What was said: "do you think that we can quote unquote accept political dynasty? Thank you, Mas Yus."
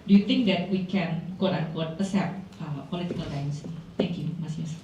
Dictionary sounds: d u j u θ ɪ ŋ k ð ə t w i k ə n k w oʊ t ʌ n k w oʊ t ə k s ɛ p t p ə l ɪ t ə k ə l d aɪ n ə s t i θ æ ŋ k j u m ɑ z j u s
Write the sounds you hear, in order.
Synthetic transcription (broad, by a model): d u j u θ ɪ ŋ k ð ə t w i k ə n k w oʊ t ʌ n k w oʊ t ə s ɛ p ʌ p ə l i t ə k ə l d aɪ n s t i t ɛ ŋ k j u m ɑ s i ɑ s